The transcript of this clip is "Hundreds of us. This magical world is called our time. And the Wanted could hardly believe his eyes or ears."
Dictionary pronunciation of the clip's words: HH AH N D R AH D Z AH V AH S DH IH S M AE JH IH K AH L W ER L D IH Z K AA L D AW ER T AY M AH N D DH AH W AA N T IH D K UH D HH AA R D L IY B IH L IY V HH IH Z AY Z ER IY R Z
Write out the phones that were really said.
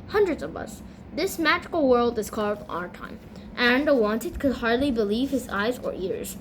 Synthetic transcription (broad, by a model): HH AH N D R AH D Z AH V AH S DH IH S M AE JH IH K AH L W ER L D IH Z K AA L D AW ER T AY M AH N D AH W AA N T IH D K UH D HH AA R D L IY B IH L IY V HH IH Z AY Z ER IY R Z